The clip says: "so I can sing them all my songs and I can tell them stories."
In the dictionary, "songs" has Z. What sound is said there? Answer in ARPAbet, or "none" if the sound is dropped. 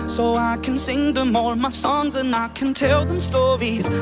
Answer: Z